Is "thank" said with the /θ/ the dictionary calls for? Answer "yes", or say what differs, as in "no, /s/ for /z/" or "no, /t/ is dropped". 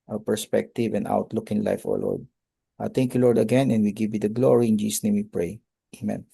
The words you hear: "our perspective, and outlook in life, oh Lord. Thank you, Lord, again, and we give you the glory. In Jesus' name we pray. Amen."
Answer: no, /t/ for /θ/